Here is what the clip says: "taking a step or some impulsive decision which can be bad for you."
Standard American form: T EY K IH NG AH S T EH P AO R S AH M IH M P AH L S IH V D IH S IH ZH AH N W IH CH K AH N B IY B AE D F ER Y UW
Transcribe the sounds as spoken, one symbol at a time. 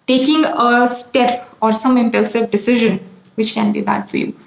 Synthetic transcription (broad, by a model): T EY K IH NG AH S T EH P AO R S AH M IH M P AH L S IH V D IH S IH ZH AH N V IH CH K AH N B IY B AE D F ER Y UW